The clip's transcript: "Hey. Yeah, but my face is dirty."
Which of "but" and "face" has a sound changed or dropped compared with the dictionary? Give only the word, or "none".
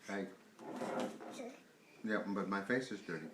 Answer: none